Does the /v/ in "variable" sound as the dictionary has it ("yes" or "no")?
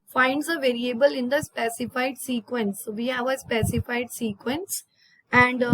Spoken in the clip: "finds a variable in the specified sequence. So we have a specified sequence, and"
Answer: yes